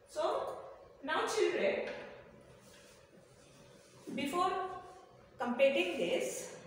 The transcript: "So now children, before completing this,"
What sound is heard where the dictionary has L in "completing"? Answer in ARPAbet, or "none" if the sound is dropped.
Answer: none